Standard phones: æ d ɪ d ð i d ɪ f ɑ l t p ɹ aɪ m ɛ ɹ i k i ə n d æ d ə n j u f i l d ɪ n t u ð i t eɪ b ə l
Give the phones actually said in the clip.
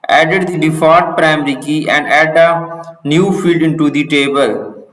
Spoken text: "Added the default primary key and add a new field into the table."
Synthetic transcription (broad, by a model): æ d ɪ d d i d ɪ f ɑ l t p ɹ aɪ m ɹ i k i ə n d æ d ə n j u f i l d ɪ n t u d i t eɪ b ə l